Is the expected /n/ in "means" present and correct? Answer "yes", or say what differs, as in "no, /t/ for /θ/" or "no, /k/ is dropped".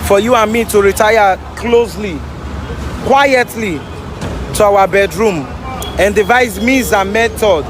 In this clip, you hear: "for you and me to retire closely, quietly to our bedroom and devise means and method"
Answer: no, /n/ is dropped